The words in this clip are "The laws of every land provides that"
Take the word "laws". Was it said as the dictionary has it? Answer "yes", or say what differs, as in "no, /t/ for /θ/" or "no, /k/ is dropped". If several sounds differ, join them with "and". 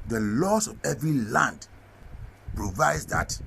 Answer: no, /s/ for /z/